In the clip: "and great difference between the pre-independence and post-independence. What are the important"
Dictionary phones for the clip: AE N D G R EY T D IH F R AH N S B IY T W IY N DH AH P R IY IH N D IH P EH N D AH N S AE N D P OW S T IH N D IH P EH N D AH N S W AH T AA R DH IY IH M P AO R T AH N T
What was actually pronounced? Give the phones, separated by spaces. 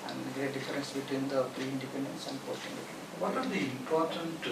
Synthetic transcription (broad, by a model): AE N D G R EY T D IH F R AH N S B IY T W IY N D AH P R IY IH N D IH P EH N D AH N S AE N D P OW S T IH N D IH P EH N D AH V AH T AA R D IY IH M P AO R T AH N T